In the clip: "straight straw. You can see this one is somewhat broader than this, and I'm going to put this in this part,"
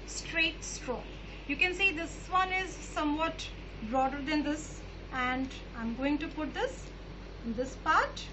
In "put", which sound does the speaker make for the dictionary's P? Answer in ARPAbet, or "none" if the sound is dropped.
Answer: P